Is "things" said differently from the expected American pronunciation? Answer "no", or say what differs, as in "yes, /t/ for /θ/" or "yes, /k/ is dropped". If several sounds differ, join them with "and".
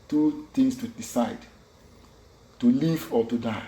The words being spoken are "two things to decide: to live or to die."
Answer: yes, /t/ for /θ/ and /s/ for /z/